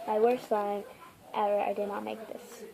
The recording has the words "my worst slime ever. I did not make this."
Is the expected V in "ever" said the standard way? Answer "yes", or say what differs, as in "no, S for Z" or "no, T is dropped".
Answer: no, V is dropped